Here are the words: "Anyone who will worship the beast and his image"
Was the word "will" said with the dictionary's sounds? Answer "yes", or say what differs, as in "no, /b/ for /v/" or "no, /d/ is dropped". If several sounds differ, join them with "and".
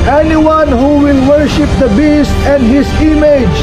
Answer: yes